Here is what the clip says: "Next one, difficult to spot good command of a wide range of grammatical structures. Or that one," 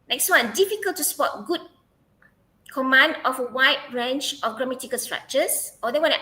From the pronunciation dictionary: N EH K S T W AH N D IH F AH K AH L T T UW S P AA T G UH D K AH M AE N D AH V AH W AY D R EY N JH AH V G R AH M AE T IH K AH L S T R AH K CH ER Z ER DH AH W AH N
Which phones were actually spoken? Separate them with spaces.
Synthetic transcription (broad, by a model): N EH K S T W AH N D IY F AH K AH L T T UW S P AA T G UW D K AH M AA N D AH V AH W AY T R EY N CH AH F G R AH M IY T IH K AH L S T R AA K CH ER S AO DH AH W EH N